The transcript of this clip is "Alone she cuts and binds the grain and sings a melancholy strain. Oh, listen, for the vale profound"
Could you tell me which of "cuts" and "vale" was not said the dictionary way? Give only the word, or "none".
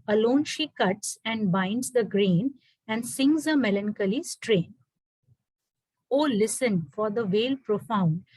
none